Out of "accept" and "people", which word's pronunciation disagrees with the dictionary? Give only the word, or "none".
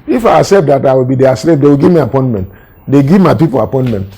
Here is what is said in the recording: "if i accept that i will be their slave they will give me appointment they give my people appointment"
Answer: accept